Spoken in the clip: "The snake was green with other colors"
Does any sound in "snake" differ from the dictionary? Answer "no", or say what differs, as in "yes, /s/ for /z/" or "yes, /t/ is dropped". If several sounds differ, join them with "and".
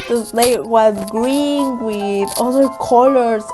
yes, /l/ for /n/